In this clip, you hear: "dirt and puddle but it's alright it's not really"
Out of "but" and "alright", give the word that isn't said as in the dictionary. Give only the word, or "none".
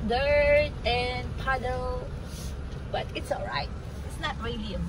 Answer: none